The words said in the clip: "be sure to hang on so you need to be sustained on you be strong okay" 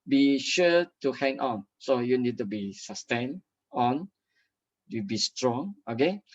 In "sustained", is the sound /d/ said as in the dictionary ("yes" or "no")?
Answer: no